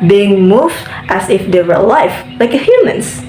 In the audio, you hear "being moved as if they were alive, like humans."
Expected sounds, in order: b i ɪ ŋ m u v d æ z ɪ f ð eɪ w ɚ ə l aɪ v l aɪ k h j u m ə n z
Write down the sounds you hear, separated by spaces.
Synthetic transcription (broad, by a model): b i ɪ ŋ m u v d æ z ɪ f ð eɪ w ɚ l aɪ f l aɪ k h j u m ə n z